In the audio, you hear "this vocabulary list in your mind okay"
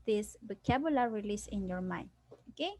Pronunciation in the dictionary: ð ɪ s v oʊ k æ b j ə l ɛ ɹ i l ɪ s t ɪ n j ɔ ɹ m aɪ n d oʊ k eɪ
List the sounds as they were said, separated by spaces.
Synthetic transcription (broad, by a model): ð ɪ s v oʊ k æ b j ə l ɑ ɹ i l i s ɪ n j ɔ ɹ m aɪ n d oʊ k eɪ